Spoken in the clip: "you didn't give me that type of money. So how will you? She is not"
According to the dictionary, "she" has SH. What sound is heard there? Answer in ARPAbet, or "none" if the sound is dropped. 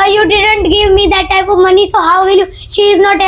SH